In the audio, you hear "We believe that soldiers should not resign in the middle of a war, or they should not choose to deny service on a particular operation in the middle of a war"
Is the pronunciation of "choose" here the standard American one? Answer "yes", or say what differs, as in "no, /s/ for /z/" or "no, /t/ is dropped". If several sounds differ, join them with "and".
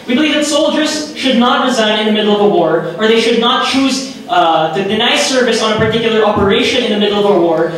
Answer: yes